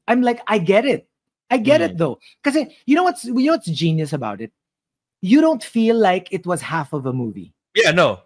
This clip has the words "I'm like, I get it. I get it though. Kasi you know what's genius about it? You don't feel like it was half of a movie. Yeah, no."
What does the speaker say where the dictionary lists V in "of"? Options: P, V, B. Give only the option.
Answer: V